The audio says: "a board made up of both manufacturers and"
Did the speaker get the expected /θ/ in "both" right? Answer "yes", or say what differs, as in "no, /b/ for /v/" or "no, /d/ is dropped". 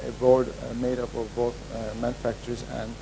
no, /t/ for /θ/